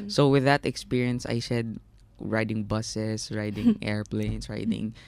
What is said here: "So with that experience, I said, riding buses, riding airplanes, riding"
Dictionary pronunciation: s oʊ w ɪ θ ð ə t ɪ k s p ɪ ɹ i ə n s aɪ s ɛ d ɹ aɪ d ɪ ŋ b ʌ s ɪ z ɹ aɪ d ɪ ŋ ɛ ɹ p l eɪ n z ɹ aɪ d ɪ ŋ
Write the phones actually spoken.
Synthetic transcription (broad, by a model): s oʊ w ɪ ð ə t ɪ k s p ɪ ɹ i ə n s aɪ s ɛ d ɹ aɪ d ɪ ŋ b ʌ s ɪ s ɹ aɪ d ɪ ŋ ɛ ɹ p l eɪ n s ɹ aɪ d ɪ ŋ